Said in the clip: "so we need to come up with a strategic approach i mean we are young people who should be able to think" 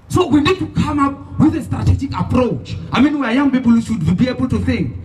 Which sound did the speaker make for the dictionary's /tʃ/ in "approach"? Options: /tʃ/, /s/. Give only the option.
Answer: /tʃ/